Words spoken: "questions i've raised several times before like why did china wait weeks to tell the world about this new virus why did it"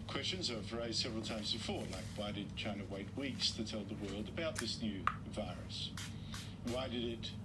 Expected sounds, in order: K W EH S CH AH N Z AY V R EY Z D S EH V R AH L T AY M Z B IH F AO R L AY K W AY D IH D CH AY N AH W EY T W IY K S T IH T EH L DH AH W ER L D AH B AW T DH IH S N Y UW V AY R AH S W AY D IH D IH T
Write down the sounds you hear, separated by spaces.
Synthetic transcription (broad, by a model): K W EH S CH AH N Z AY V R EY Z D S EH V R L T AY M Z B IH F AO R L AY K W AY D IH D CH AY N AH W EY T W IY K S T IH T EH L DH AH W ER L D AH B AW T DH IH S N Y UW V AY R AH S W AY D IH D IH T